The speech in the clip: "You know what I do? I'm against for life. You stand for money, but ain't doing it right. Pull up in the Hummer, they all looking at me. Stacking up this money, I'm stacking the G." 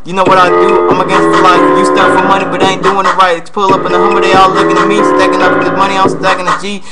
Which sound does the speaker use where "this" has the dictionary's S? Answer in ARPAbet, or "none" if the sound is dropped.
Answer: none